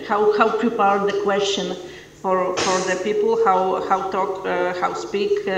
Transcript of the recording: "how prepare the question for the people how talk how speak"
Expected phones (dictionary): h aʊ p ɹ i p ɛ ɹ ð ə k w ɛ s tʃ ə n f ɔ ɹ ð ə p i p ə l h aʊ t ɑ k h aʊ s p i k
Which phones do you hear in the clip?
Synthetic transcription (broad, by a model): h aʊ p ɹ i p ɛ ɹ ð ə k w ɛ s tʃ ə n f ɔ ɹ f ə p i p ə w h aʊ t ɑ k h aʊ s p i k